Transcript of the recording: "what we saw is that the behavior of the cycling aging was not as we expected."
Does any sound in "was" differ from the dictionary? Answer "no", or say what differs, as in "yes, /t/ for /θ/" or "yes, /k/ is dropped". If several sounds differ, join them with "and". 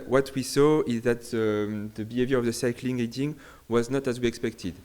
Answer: no